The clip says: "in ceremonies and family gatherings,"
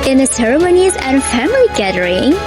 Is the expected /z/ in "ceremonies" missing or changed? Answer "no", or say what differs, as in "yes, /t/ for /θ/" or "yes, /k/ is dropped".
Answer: no